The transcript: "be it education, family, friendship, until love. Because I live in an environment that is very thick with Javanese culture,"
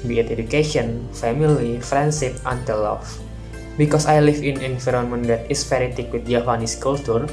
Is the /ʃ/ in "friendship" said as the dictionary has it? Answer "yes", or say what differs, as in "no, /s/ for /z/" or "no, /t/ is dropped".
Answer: no, /s/ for /ʃ/